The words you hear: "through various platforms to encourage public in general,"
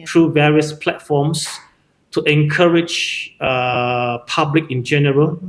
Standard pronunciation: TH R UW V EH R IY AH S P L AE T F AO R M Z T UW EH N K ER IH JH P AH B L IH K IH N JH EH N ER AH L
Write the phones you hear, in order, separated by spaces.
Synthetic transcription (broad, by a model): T R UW V EH R IY AH S P L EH T F AO M S T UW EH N K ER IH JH P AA B L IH K IH N JH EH N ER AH L